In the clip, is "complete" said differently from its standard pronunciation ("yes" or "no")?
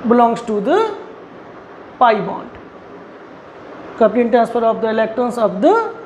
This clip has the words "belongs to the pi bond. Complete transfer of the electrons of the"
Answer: yes